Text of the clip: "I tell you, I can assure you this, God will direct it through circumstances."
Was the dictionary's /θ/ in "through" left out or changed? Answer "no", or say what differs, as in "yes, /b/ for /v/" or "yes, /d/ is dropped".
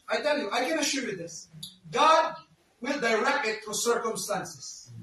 yes, /t/ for /θ/